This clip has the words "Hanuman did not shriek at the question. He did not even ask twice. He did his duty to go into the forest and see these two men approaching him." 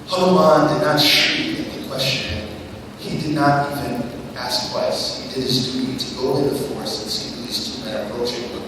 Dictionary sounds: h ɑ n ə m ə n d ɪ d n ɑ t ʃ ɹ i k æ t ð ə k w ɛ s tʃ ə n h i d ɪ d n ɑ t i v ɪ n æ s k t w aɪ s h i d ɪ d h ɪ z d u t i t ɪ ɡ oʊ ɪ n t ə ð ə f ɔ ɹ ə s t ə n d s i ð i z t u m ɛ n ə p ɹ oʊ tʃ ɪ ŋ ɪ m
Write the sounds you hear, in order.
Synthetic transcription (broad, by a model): h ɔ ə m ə n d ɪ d n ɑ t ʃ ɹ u ɪ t ð ə k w ɛ s tʃ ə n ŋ i d ɪ d n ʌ t i v ɪ n æ s k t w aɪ s h i d ɪ d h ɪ z d u t i t ɪ ɡ oʊ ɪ t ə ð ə f ɔ ɹ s ə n s i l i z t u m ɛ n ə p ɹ oʊ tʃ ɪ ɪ